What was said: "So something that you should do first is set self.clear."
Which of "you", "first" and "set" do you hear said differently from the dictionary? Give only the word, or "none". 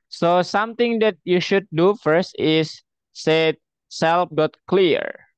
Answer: none